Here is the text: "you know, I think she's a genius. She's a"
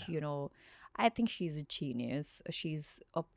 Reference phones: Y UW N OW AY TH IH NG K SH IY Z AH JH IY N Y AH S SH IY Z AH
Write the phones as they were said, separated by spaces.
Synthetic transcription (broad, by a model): Y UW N OW AY TH IH NG K SH IY Z AH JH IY N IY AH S SH IY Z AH